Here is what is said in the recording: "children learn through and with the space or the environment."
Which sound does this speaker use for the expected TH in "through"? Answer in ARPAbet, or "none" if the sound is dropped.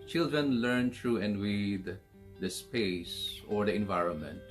T